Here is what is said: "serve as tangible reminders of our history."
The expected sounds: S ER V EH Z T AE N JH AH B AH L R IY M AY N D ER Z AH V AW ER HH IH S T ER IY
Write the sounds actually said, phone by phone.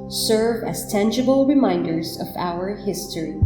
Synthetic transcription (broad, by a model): S ER V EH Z T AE N JH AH B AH L R IY M AY N D ER Z AH V AW ER HH IH S T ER IY